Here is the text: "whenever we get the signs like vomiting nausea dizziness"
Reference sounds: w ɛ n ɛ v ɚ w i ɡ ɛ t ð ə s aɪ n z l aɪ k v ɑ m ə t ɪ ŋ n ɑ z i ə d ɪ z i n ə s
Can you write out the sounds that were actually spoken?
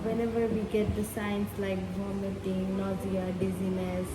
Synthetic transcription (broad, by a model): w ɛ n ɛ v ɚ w i ɡ ɛ t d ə s aɪ n s l aɪ k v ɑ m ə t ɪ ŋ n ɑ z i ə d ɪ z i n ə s